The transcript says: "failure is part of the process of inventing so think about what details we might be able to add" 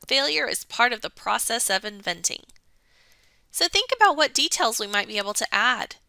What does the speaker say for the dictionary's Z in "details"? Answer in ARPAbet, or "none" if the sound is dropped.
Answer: Z